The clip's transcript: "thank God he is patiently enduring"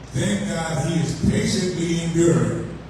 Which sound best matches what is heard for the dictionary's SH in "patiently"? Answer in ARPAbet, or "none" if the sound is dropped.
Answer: S